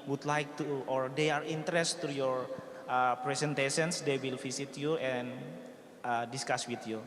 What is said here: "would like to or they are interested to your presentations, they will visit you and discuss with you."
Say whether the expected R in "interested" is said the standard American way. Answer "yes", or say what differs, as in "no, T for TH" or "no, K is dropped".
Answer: no, R is dropped